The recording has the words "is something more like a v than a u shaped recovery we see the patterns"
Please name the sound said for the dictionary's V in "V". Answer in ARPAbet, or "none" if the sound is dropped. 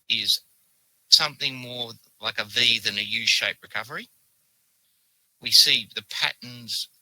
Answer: V